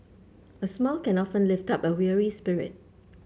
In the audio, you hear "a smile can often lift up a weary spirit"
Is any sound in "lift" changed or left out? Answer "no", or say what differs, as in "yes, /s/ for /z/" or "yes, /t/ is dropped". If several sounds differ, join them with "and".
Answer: no